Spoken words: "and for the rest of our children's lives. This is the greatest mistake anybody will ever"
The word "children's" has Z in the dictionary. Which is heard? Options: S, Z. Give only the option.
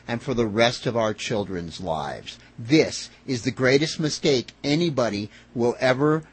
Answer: Z